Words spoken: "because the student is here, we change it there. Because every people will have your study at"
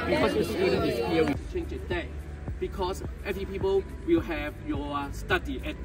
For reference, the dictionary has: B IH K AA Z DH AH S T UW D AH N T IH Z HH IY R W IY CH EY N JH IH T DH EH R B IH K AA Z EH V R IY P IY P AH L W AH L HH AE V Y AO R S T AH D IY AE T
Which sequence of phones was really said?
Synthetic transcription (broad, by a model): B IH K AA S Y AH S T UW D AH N IH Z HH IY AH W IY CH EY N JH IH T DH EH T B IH K AA S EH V IY P IY P AH L W AH L HH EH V Y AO S T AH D IY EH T